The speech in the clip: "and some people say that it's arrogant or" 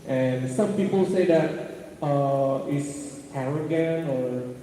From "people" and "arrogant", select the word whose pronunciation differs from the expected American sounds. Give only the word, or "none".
arrogant